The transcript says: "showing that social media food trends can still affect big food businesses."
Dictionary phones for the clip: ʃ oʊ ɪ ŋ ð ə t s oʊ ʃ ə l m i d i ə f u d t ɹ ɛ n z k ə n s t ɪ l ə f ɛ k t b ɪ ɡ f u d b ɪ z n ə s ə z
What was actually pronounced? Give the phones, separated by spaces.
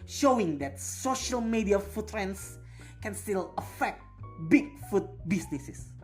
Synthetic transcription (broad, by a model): ʃ oʊ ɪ ŋ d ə t s oʊ ʃ ə l m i d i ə f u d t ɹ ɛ n s k ə n s t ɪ l ə f ɛ k t b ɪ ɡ f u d b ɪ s n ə s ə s